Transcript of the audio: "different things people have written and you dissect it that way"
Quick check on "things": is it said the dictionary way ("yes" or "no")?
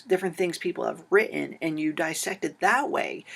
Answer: yes